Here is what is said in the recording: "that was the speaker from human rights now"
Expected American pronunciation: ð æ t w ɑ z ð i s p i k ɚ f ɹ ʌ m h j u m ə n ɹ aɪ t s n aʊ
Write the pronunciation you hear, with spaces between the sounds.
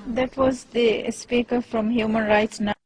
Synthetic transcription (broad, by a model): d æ t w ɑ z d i s p i k ɚ f ɹ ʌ m h j u m ə n ɹ aɪ t s n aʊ